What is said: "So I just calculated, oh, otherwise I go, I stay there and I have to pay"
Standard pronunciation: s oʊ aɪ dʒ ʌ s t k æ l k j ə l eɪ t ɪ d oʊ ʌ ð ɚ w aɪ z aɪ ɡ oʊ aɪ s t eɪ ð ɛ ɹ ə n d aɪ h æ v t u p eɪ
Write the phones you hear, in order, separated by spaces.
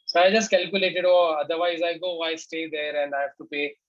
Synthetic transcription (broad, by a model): s oʊ aɪ dʒ ʌ s t k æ l k j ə l eɪ t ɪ d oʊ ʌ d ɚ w aɪ z aɪ ɡ oʊ aɪ s t eɪ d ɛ ɹ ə n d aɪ h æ f t u p eɪ